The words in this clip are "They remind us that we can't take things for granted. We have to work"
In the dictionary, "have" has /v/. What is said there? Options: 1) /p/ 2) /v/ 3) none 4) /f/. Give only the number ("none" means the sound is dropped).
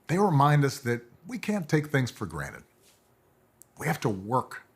4